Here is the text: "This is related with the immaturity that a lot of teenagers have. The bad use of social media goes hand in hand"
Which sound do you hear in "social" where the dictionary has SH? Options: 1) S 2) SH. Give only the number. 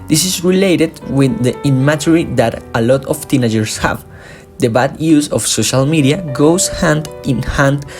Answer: 2